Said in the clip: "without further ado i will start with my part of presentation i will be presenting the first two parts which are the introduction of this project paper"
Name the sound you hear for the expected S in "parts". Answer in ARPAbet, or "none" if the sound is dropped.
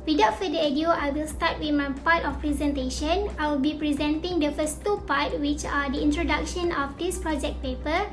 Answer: none